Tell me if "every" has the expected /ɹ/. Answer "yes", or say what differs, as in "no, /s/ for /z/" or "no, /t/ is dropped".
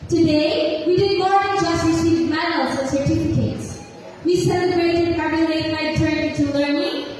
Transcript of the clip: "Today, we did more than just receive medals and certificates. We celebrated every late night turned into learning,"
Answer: no, /ɹ/ is dropped